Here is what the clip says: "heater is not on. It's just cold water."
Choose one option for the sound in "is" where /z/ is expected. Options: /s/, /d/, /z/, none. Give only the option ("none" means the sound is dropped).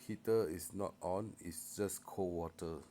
/s/